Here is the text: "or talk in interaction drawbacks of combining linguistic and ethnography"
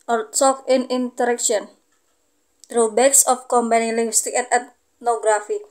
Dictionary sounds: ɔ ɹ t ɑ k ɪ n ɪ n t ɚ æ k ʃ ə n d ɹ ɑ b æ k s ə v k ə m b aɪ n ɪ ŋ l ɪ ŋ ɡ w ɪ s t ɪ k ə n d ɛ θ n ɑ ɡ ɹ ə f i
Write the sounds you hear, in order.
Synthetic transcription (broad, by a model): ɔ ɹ s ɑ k ɪ n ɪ n t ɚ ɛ k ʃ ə n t ɹ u b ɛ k s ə f k ə m b aɪ n ɪ ŋ l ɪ ŋ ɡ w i s t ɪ k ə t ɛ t n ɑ ɡ ɹ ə f i